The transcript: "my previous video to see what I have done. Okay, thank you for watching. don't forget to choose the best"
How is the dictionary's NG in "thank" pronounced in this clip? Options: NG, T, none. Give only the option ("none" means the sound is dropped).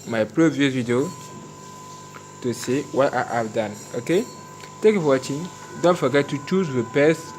none